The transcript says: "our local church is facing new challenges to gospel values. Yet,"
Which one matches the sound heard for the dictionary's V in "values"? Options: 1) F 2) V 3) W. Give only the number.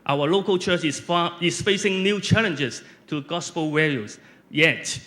3